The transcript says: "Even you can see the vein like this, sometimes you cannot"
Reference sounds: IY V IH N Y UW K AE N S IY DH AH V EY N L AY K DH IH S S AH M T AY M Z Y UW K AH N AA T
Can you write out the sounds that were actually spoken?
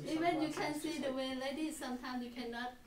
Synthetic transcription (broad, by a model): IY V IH N Y UW K AE N S IY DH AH W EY L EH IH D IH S S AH M T AY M S Y UW K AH N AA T